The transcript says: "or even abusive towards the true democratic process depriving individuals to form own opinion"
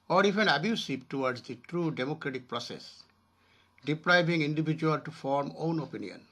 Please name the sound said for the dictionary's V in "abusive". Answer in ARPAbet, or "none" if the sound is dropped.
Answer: P